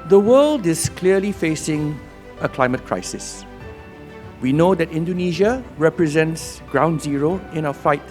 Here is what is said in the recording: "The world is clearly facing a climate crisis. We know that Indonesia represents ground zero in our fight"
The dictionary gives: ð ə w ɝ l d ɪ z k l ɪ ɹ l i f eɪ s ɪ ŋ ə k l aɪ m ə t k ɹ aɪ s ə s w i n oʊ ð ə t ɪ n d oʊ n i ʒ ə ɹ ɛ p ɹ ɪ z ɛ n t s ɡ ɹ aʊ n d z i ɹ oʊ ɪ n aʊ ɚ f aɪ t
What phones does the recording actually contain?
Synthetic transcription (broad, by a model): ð ə w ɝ l d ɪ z k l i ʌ l i f eɪ s ɪ ŋ ə k l aɪ m ə t k ɹ aɪ s ə s w i n oʊ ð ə t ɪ n d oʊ n i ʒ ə ɹ ɛ p ɹ ɪ z ɛ n t s ɡ ɹ aʊ n d z i ɹ oʊ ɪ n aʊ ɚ f aɪ t